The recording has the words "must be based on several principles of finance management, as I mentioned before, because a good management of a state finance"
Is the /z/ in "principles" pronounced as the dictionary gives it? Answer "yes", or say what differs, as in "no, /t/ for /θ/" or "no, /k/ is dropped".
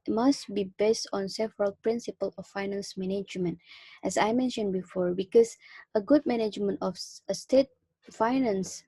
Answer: no, /z/ is dropped